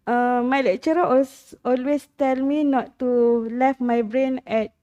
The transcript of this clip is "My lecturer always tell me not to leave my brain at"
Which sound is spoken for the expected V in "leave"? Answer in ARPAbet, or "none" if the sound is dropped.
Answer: F